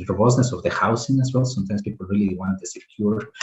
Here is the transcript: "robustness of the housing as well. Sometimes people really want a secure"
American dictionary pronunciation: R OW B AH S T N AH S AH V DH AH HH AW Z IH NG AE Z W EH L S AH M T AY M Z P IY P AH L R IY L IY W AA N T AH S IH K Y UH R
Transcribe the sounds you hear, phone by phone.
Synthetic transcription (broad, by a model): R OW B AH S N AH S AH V DH AH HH AW S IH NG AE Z W EH L S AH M T AY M S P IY P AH L R IY L IY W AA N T AH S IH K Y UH R